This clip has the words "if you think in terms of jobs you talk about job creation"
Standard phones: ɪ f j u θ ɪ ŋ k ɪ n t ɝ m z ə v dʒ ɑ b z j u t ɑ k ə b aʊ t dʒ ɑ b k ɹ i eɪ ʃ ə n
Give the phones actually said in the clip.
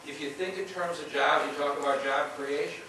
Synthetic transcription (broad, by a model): ɪ f j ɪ θ ɪ ŋ k ɪ n t ɝ m z ə v dʒ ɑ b j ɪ t ɑ k ə b aʊ t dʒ ɑ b k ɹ i eɪ ʃ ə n